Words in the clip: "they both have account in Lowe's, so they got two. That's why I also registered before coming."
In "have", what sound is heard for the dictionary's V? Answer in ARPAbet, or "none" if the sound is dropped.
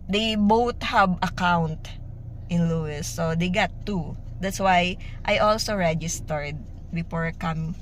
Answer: B